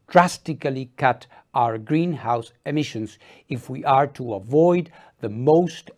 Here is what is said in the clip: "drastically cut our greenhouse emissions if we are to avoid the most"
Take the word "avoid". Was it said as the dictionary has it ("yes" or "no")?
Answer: yes